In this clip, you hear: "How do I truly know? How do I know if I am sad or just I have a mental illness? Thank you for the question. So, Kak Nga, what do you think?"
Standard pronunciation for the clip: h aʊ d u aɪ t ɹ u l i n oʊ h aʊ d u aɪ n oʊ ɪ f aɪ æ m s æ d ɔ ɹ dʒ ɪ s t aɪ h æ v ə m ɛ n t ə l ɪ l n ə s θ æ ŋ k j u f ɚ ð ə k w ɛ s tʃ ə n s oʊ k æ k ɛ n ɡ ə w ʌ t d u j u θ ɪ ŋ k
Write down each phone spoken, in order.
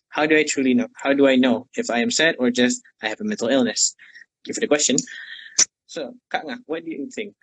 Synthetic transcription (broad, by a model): h aʊ d u aɪ t ɹ u l i n oʊ h aʊ d u aɪ n oʊ ɪ f aɪ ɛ m s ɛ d ɔ ɹ dʒ ɪ s t aɪ h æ v ə m ɛ n t ə l ɪ l n ə s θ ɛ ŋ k j u f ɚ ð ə k w ɛ s tʃ ə n s oʊ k k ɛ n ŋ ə w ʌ t d u j u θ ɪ ŋ k